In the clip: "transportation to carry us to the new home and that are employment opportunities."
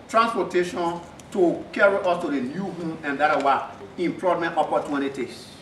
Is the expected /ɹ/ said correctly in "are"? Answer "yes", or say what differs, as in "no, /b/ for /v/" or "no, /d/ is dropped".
no, /w/ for /ɹ/